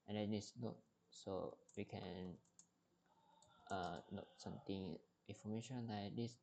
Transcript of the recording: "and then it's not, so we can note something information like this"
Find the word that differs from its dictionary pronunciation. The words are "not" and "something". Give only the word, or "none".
something